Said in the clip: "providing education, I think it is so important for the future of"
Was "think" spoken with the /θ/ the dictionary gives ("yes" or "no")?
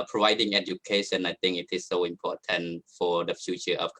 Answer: no